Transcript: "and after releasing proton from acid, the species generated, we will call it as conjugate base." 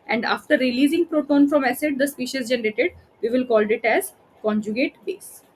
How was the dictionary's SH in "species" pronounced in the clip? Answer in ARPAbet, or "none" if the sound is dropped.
SH